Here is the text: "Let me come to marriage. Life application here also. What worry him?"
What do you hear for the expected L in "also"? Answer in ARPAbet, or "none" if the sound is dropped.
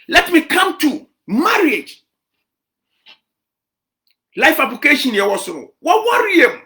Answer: none